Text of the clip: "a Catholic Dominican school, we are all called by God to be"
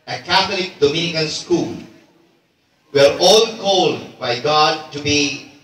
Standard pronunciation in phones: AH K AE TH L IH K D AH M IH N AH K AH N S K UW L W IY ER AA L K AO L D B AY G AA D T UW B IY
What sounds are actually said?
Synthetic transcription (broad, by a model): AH K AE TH L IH K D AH M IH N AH K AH N S K UW L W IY ER AA L K AO L D B AY G AA D T UW B IY